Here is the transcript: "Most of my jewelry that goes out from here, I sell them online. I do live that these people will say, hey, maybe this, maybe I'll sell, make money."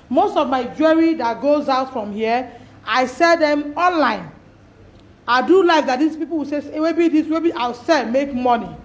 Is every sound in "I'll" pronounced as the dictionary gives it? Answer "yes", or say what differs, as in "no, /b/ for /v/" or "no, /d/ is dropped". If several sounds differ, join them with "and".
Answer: no, /w/ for /l/